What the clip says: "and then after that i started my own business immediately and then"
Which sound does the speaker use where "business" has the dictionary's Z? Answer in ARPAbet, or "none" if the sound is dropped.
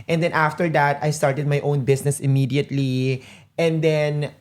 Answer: S